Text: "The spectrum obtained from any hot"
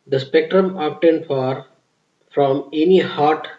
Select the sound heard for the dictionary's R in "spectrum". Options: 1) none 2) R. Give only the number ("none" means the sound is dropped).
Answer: 2